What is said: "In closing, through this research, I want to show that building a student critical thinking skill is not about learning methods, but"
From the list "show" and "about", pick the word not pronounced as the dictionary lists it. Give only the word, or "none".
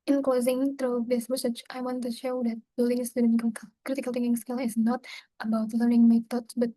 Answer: none